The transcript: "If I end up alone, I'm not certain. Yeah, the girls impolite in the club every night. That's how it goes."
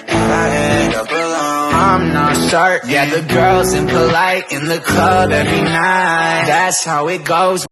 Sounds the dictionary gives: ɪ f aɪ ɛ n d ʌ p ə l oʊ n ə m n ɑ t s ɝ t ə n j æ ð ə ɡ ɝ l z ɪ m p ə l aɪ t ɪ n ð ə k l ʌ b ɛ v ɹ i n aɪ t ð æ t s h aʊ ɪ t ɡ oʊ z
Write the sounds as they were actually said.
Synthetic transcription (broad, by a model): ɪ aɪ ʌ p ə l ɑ ə m n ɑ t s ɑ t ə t ð ə ɡ ɝ l z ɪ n p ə l aɪ t ɪ n ð ə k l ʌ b ɛ v ɹ i n aɪ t ð æ t s h aʊ ɪ t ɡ oʊ z